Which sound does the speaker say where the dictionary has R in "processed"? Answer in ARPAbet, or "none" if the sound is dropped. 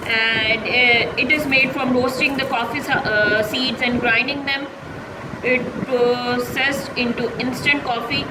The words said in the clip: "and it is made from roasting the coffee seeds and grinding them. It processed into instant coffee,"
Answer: none